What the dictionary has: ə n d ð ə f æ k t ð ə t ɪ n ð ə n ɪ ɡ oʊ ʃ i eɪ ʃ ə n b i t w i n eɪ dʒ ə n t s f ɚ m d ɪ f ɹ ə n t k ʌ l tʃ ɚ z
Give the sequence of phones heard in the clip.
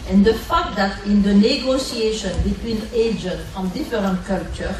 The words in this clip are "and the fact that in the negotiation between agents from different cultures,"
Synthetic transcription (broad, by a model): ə n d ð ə f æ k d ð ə t ɪ n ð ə n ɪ ɡ oʊ s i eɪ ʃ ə n b i t w i n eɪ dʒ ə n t f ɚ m d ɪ f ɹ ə n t k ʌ l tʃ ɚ